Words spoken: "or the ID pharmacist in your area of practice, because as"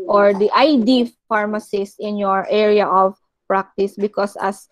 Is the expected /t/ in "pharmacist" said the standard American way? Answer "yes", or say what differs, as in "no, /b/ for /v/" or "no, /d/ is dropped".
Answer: no, /t/ is dropped